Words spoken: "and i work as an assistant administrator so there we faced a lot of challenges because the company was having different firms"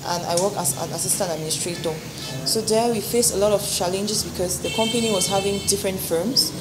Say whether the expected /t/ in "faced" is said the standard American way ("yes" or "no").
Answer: no